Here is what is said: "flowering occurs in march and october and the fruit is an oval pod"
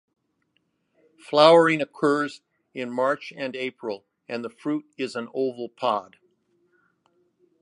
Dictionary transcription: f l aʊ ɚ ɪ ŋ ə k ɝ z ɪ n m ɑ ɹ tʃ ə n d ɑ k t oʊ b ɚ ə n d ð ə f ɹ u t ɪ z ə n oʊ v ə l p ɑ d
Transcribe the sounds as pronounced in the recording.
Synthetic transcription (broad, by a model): f l aʊ ɚ ɪ ŋ ə k ɝ z ɪ n m ɑ ɹ tʃ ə n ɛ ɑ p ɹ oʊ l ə n ð ə f ɹ u t ɪ z ə n oʊ v l p ɑ d